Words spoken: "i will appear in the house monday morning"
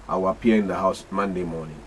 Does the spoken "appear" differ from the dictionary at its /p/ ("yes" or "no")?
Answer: yes